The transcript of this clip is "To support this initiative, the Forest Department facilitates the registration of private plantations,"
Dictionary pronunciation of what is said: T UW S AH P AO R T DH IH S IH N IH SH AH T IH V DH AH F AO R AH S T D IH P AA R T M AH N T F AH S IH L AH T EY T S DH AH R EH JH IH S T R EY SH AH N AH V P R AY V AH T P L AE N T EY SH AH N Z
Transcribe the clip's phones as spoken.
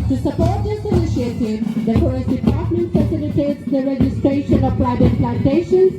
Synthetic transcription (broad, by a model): T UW S AH P AO R T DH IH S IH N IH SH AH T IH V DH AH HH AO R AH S D IH P AA R T M AH N T F AH S IH L AH T EY T S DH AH R EH JH IH S T R EY SH AH N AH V P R AY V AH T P L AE N T EY SH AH N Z